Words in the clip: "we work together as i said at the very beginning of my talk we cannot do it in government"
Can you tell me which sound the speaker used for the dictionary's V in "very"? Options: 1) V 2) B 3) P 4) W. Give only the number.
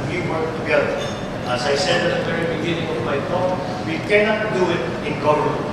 3